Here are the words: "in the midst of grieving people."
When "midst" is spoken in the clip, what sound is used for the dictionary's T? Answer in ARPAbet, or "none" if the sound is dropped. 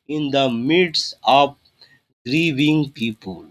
none